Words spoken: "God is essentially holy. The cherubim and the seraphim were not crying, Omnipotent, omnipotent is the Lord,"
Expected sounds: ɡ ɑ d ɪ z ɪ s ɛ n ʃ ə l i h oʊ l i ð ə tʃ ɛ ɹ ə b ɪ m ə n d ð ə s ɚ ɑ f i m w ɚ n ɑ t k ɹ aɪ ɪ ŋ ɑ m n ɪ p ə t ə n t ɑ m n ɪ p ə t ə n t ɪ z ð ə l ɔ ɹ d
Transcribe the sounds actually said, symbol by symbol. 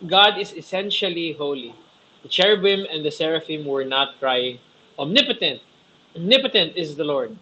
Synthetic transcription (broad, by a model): ɡ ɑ d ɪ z ɪ s ɛ n ʃ ə l i h oʊ l i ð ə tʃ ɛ ɹ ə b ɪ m ə n d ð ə s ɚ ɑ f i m w ɚ n ɑ t k ɹ aɪ ɪ ŋ ɑ m n ɪ p ə t ə n t ɑ m n ɪ p ə t ə n t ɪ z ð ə l ɔ ɹ d